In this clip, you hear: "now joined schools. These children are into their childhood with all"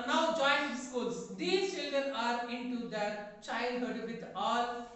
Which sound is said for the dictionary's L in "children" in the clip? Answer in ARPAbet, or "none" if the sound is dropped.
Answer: L